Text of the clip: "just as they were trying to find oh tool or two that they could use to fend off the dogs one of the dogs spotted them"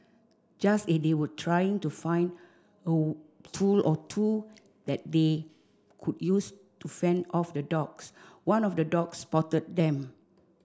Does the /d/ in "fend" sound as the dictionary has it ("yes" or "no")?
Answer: yes